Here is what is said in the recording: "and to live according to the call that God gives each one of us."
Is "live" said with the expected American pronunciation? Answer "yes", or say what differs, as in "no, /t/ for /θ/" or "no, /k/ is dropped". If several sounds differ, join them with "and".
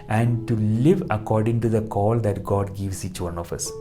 yes